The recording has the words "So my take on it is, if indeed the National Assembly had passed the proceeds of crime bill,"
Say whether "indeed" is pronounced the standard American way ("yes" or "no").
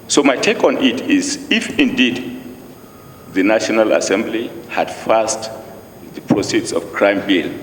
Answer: yes